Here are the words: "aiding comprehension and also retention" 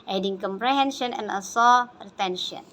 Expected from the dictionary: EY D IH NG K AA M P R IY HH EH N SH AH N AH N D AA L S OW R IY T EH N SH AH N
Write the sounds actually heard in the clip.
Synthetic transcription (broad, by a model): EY D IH NG K AA M P R IY HH EH N SH AH N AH N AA S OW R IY T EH N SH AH N